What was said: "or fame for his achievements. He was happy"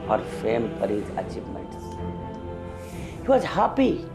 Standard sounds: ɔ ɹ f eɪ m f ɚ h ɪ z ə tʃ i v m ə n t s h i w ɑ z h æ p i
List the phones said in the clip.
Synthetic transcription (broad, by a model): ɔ ɹ f eɪ m p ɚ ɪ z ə tʃ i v m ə n t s h i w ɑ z h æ p i